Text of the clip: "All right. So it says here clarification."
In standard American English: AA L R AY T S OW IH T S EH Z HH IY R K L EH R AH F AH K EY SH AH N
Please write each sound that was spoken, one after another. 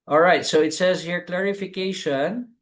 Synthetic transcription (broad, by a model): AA L R AY T S OW IH T S EH Z HH IY R K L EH R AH F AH K EY SH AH N